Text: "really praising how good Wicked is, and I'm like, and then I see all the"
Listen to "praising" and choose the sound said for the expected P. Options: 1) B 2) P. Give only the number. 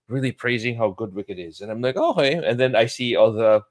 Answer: 2